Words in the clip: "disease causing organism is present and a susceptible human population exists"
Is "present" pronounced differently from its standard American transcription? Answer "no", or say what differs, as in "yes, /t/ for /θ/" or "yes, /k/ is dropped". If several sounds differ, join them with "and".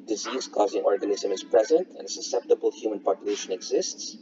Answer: no